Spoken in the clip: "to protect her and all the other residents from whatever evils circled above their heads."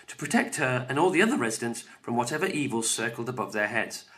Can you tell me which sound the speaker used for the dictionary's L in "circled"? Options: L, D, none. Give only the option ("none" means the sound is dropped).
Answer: L